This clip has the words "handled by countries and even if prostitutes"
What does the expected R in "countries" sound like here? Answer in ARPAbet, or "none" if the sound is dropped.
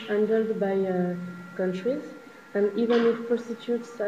R